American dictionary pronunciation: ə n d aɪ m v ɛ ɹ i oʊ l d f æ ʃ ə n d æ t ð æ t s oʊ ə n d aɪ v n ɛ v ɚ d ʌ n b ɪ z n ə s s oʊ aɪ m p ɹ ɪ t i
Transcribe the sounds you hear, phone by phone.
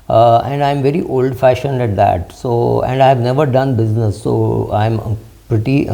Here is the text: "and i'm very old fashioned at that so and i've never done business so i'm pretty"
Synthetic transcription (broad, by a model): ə n d aɪ m v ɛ ɹ i oʊ l d f æ ʃ ə n d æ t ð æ t s oʊ ə n d aɪ v n ɛ v ɚ d ʌ n b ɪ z n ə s s oʊ aɪ m p ɹ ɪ t i